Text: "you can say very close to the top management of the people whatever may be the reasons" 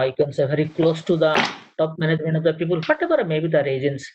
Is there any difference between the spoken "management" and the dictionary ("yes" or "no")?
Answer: yes